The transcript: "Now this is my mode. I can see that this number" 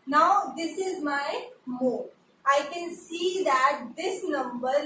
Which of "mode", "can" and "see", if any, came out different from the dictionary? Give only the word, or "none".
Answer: mode